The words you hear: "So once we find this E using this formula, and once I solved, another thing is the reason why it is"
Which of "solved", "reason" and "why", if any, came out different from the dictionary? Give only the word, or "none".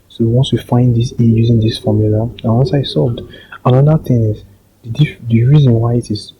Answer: solved